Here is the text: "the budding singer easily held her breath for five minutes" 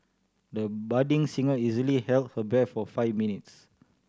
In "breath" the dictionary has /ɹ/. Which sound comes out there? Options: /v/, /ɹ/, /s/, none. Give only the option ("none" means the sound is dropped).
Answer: none